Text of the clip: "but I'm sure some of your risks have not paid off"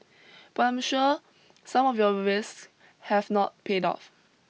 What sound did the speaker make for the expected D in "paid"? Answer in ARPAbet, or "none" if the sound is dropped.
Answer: D